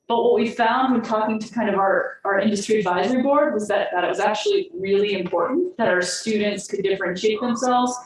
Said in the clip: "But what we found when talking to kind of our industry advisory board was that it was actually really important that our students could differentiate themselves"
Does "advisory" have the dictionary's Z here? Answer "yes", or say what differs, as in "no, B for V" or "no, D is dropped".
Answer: yes